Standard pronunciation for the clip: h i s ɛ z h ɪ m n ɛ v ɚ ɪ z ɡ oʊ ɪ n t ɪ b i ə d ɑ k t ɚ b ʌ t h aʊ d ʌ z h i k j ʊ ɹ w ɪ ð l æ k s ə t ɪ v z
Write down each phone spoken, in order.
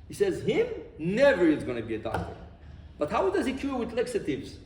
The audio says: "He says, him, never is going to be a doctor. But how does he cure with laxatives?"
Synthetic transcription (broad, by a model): h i s ɛ z h ɪ m n ɛ v ɚ ɪ z ɡ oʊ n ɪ b i ə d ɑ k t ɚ b ʌ t h aʊ d ʌ z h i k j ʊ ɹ w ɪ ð l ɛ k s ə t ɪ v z